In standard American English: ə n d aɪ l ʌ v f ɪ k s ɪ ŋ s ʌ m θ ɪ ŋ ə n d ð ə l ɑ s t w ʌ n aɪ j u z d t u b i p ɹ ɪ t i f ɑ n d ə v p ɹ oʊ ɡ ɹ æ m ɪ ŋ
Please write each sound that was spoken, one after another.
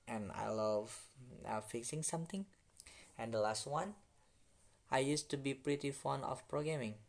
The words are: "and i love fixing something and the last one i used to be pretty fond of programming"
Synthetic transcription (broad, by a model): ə n aɪ l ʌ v f ɪ k s ɪ ŋ s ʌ m t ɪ ŋ ə n d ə l ɑ s t w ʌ n aɪ j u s t u b i p ɹ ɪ t i f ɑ n ə f p ɹ oʊ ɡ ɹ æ m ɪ ŋ